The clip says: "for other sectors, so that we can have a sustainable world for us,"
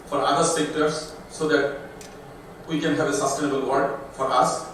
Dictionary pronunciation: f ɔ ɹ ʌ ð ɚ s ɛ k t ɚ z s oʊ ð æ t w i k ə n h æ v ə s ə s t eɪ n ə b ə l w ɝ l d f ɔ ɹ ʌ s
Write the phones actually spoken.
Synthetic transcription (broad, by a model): f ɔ ɹ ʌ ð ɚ s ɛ k t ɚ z s oʊ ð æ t w i k ə n h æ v ə s ə s t eɪ n ə b ə l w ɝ d f ɔ ɹ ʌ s